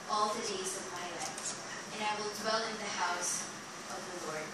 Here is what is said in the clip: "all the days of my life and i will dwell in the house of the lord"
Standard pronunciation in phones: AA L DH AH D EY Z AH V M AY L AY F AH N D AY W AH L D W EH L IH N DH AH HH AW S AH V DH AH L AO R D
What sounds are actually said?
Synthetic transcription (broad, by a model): AA L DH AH D EY Z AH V M AY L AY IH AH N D AY W AH L D W EH L IH N DH AH HH AW S AH V DH AH L AO R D